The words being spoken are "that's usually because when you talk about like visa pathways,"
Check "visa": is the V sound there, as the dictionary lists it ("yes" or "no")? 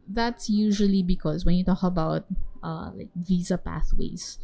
yes